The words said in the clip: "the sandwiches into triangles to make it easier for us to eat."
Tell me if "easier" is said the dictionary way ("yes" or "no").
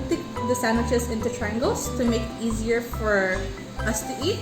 yes